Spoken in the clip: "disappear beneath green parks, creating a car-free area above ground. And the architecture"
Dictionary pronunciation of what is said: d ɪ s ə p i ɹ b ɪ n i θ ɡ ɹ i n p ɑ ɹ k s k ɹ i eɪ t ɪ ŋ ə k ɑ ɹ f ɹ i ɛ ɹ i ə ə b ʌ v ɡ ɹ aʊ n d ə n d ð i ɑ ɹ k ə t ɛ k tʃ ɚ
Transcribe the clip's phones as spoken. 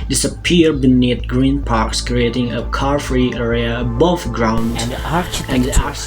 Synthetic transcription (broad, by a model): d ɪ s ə p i ɹ b ɪ n i θ ɡ ɹ i n p ɑ ɹ k s k ɹ i eɪ t ɪ ŋ ə k ɑ ɹ f ɹ i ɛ ɹ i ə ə b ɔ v ɡ ɹ aʊ n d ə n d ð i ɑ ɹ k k